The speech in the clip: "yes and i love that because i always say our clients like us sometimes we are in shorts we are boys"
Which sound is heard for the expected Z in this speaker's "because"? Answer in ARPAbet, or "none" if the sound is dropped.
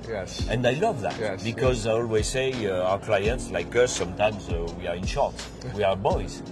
Z